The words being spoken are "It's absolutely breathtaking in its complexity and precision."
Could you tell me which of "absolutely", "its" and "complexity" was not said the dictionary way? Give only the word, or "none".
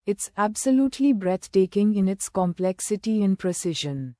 none